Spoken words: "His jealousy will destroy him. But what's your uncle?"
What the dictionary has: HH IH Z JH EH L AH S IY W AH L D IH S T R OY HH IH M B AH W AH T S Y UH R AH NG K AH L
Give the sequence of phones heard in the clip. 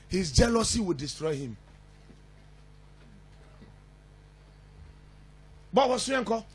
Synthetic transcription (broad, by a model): HH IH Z JH EH L AH S IY W AH L D IH S T R OY HH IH M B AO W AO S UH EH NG K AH